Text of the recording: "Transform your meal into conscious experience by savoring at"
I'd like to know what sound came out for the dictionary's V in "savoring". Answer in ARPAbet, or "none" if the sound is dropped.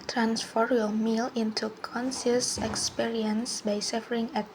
F